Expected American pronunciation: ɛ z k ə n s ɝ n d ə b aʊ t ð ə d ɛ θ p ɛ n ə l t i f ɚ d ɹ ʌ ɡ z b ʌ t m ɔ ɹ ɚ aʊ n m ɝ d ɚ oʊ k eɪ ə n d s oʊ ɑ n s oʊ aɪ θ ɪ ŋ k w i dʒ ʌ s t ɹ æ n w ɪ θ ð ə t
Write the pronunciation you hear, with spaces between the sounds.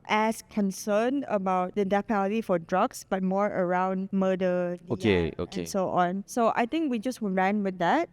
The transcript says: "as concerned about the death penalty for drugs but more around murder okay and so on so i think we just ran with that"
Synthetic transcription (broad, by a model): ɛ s k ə n s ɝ n ə b aʊ t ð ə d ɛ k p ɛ l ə t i f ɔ d ɹ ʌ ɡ s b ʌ t m ɔ ɹ ɚ aʊ n m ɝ d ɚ oʊ k eɪ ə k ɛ s oʊ ɑ n s oʊ aɪ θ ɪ ŋ k w i dʒ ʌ s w ɹ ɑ n w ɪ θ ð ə t